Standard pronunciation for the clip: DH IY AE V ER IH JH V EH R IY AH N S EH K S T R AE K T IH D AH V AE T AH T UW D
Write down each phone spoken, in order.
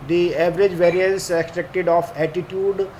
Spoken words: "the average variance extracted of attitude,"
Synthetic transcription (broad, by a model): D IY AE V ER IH JH V EH R IY AH N S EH K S T R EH K T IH D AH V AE T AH T UW D